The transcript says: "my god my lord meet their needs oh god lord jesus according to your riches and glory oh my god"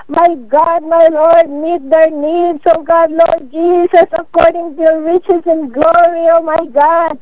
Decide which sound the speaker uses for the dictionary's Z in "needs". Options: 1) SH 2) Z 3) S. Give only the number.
3